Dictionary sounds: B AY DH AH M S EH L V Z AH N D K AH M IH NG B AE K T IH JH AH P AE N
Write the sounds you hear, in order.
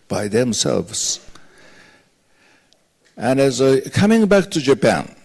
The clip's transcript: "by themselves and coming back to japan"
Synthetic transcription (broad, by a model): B AY DH AH M S EH L V Z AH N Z K AH M IH NG B AE K T IH JH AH P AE N